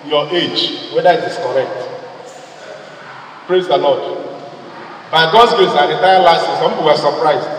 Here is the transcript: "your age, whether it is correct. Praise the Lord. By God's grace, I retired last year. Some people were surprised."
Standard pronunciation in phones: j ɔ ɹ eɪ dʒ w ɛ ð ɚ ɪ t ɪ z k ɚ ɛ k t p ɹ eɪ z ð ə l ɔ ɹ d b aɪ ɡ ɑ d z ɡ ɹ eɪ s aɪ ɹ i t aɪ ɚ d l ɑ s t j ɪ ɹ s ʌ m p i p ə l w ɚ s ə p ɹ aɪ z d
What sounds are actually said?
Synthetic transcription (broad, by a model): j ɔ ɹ eɪ dʒ w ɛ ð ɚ ɪ t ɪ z k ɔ ɛ k t p ɹ eɪ z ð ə l ɔ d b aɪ ɡ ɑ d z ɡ eɪ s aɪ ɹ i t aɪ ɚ l ɑ s t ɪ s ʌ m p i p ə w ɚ s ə p ɹ aɪ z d